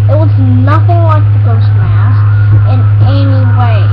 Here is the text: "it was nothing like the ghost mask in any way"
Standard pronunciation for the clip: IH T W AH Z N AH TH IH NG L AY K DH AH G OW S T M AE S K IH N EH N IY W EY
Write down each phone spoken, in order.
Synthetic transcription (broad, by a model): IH T W AH Z N AH TH IH NG L AY K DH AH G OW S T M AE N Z IH N EH N IY W EY